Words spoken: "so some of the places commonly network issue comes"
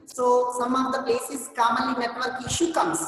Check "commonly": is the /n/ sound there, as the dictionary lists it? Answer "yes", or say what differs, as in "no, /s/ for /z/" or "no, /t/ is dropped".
no, /n/ is dropped